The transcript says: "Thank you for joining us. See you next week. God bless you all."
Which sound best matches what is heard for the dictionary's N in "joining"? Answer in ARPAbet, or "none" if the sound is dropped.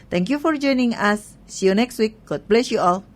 N